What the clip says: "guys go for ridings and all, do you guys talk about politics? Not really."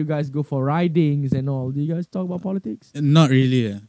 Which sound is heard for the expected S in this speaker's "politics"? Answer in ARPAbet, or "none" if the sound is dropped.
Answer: S